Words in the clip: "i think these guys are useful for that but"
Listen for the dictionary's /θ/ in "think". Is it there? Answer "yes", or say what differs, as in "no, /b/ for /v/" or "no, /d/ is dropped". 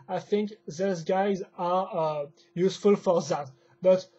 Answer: yes